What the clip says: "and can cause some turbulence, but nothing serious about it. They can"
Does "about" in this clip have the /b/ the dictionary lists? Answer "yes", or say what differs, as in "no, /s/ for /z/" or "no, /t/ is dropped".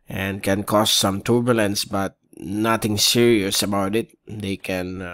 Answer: yes